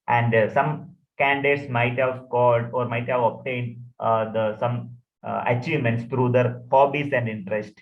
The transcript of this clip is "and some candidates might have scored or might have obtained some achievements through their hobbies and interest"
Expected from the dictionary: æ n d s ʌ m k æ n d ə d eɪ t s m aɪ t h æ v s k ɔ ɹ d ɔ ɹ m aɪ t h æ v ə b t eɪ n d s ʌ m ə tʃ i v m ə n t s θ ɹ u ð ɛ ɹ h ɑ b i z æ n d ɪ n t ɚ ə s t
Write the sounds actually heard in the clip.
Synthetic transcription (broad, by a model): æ n d s ʌ m k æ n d d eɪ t s m aɪ t h æ v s k ɔ l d ɔ ɹ m aɪ t h æ v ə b t eɪ n d s ʌ m ə tʃ i v m ə n t s t ɹ u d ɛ ɹ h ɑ b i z æ n d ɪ n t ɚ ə s t